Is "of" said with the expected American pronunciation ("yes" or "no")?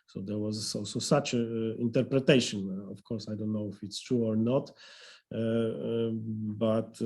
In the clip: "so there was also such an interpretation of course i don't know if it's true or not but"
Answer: no